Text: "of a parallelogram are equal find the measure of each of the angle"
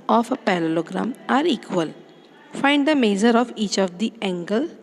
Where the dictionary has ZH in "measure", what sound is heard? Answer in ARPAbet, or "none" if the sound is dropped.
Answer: Z